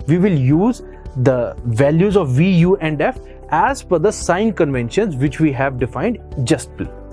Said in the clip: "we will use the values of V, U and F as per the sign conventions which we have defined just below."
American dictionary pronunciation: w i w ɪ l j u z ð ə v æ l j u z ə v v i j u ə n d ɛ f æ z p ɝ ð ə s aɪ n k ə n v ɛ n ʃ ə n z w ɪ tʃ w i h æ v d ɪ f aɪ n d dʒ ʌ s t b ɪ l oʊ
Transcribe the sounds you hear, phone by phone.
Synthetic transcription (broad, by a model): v i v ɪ l j u z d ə v æ l j u z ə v v i j u ə n d ɛ f æ z f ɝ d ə s aɪ n k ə n v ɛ n ʃ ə n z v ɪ tʃ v i h æ v d ɪ f aɪ n d dʒ ʌ s t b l